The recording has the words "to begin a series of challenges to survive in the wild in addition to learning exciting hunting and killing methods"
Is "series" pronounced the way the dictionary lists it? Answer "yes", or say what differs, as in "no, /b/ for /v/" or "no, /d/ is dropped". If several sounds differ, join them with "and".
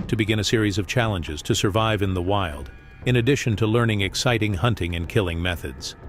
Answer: yes